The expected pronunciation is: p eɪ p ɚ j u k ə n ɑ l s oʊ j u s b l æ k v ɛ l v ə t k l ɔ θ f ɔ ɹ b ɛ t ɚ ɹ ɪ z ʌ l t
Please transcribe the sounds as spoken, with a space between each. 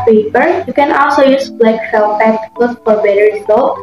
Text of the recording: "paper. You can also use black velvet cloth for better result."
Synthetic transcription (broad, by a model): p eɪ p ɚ j u k ə n ɑ l s oʊ j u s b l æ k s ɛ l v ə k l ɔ s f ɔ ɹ b ɛ t ɚ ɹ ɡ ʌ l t